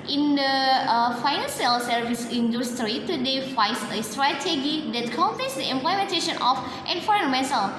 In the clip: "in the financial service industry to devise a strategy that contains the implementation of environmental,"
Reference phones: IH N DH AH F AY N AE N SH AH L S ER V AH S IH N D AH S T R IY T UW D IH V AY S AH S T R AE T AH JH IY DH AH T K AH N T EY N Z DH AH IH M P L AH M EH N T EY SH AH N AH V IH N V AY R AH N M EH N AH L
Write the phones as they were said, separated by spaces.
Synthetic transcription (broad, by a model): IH N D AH F AY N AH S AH L S ER V AH S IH N D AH S T R IY T UW D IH F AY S AH S T R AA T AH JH IY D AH T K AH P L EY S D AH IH M P L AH M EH N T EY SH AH N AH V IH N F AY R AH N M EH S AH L